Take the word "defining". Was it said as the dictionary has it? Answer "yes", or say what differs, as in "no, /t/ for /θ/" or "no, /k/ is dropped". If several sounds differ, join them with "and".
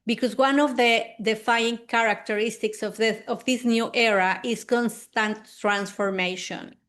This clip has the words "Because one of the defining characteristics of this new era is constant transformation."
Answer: no, /n/ is dropped